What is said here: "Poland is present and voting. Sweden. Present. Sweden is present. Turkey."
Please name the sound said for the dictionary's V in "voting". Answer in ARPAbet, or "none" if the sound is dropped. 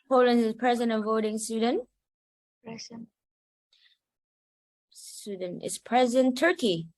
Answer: V